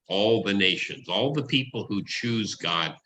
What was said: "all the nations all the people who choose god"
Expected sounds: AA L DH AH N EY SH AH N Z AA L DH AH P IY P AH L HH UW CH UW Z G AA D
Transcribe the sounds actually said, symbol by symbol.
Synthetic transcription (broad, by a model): AA L DH AH N EY SH AH N Z AA L DH AH P IY P L HH UW CH UW Z G AA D